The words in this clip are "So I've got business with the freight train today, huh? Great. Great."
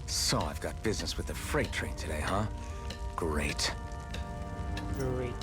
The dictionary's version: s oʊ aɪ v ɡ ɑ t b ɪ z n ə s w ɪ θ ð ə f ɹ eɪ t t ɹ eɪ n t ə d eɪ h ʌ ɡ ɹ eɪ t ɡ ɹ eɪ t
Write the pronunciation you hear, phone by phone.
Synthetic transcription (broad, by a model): s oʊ aɪ v ɡ ɑ t b ɪ z n ə s w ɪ ð ə f ɹ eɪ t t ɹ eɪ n t ə d eɪ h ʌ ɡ ɹ eɪ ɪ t